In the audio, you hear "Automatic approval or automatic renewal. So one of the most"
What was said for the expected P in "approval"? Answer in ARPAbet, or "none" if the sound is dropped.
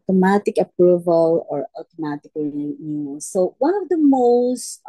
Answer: P